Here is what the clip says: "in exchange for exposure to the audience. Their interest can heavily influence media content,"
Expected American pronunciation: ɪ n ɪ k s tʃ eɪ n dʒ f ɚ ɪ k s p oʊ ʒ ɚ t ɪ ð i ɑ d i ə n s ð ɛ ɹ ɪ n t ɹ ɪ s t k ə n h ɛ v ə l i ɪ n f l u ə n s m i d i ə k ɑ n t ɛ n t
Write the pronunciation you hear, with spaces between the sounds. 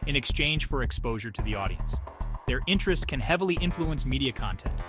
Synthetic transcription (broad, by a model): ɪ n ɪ k s tʃ eɪ n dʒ f ɚ ɪ k s p oʊ ʒ ɚ t ɪ ð i ɑ d i ə n s ð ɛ ɹ ɪ n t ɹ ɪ s t k ə n h ɛ v l i ɪ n f l u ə n s m i d i ə k ɑ n t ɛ n t